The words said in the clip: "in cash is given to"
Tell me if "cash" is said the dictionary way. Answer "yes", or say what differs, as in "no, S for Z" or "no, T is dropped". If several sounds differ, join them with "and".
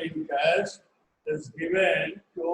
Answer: no, S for SH